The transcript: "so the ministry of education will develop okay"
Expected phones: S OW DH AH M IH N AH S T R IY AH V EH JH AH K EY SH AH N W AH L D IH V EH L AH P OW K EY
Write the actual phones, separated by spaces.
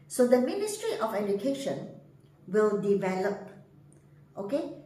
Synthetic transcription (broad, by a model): S OW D AH M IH N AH S T R IY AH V EH JH AH K EY SH AH N W AH L D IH V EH L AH P OW K EY